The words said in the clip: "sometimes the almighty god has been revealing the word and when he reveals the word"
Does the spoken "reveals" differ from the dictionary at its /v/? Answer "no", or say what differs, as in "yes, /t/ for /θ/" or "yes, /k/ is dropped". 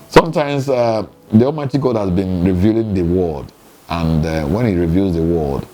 no